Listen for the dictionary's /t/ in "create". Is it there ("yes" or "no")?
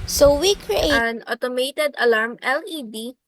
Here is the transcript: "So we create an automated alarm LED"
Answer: no